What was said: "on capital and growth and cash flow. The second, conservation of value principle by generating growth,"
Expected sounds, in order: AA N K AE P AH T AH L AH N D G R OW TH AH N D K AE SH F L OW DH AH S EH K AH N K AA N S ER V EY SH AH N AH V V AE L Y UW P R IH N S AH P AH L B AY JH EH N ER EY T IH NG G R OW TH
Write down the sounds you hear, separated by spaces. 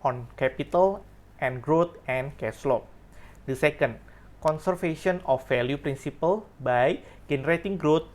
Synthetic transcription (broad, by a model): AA N K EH P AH T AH L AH N G R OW T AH N K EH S L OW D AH S EH K AH N K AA N S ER F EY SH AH N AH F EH L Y UW P R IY N S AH P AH L B AY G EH N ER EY T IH NG G R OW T